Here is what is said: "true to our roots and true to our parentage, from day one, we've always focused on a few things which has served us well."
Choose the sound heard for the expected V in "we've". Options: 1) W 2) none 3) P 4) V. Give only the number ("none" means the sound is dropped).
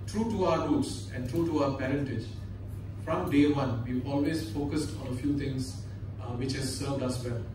2